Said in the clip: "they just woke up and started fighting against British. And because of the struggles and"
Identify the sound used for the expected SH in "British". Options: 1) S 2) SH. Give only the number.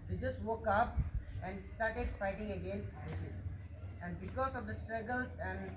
1